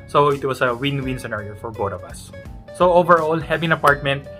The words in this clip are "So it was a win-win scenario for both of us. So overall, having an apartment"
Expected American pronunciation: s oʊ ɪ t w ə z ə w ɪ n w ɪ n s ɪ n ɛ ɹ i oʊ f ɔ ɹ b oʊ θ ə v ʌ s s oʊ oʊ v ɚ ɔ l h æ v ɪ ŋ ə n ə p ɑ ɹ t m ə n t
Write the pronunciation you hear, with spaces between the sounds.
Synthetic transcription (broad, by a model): s oʊ ɪ t w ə s ə w ɪ n w ɪ n s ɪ n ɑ ɹ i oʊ f ɔ ɹ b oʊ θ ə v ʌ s s oʊ oʊ v ɚ ɔ l h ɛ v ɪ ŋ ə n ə p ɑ ɹ t m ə n t